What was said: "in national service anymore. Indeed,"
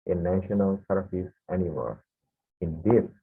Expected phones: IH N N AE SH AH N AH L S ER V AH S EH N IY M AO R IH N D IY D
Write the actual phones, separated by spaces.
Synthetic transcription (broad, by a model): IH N N AE SH AH N AH L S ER F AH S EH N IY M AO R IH N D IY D